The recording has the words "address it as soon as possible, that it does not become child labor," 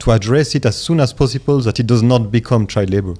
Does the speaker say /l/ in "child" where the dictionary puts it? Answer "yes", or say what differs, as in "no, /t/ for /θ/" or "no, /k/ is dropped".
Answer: no, /l/ is dropped